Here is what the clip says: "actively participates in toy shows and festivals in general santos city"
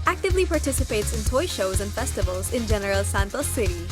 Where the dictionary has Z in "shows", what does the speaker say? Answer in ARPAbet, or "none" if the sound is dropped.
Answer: Z